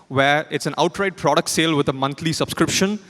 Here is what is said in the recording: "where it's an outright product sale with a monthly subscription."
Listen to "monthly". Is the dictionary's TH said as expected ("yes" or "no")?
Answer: no